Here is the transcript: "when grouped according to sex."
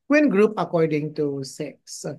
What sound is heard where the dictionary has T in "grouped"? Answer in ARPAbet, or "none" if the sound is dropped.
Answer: none